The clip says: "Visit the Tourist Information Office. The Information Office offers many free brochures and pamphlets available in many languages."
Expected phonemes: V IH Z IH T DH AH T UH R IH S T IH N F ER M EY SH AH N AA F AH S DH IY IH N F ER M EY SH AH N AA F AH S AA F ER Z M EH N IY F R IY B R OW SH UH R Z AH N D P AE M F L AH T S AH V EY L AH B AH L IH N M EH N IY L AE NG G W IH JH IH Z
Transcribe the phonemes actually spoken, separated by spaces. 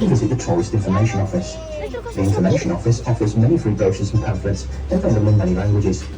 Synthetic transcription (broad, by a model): V IH Z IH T DH AH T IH L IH S T IH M F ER M EY SH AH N AA F AH S DH IY IH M F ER M EY SH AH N AA F AH S AA F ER Z M EH N IY F R IY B OW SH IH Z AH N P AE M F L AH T S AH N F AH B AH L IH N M EH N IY L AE NG G W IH JH IH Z